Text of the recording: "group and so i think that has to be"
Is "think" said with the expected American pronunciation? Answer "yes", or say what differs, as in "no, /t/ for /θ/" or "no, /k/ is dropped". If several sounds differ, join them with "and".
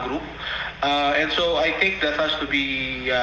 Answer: no, /t/ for /θ/